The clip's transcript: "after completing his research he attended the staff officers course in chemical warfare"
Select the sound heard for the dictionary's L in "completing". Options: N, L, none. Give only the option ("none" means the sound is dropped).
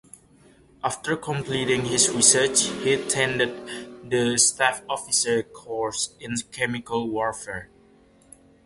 L